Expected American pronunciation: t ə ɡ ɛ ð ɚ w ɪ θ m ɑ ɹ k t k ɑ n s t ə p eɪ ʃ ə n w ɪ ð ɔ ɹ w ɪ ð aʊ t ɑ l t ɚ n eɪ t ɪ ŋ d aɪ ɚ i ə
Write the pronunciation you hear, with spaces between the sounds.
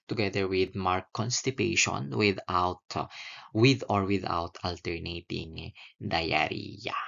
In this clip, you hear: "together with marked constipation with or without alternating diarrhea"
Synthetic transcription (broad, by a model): t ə ɡ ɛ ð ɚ w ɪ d m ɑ ɹ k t k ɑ n s t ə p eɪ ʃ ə n w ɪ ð ɔ ɹ w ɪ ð aʊ t ɑ l t ɚ n eɪ t ɪ ŋ d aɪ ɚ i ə